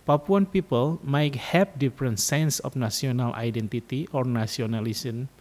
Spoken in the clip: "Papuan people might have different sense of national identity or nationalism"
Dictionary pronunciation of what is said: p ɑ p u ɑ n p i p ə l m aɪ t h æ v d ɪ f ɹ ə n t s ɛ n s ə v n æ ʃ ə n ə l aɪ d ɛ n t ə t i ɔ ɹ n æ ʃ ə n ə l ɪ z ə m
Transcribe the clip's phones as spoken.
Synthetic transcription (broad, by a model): p ɑ p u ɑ n p i p ə l m aɪ t h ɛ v d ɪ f ɹ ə n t s ɛ n s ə f n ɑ s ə n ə l aɪ d ɛ n t ə t i ɔ ɹ n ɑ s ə n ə l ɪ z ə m